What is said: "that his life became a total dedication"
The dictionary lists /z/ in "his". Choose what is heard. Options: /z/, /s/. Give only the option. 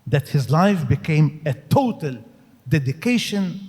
/z/